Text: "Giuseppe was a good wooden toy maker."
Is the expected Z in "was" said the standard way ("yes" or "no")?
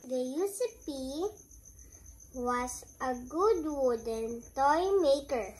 no